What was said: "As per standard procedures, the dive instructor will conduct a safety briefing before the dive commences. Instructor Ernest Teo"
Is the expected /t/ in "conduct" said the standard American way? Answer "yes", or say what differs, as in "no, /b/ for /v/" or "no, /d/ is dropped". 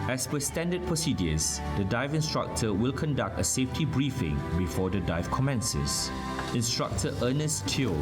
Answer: yes